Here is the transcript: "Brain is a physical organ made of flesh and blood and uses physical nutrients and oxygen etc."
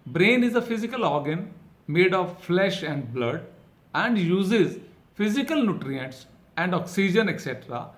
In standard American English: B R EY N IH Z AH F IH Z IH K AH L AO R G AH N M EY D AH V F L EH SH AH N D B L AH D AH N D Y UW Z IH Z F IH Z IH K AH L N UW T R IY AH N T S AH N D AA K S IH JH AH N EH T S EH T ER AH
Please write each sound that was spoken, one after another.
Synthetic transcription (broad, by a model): B R EY N IH Z AH F IH Z IH K AH L AO R G AH N M EY D AH V F L EH SH AH N D B L AH D AH N D Y UW Z IH Z F IH Z IH K AH L N UW T R IY AH N T S AH N D AA K S IH JH AH N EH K S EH T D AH